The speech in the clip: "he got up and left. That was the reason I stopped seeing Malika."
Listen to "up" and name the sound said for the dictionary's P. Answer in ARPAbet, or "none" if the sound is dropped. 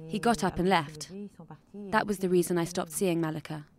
P